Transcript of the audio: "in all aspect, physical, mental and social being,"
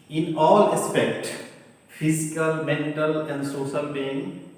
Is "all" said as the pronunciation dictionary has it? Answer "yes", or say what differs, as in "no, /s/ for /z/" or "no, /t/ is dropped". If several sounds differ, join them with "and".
yes